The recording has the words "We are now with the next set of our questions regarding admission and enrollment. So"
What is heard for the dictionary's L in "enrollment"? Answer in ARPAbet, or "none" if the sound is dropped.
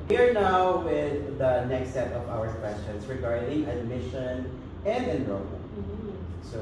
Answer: none